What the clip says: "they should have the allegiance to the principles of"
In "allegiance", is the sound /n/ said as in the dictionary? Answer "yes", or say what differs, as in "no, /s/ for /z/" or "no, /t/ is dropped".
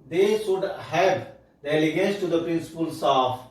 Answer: no, /n/ is dropped